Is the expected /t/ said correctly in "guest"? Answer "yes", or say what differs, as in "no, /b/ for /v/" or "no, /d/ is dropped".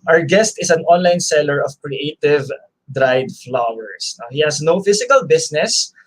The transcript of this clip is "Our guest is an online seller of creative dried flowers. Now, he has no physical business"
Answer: yes